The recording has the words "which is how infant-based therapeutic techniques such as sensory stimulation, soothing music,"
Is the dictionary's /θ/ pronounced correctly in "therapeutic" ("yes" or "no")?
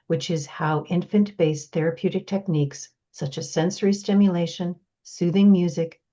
yes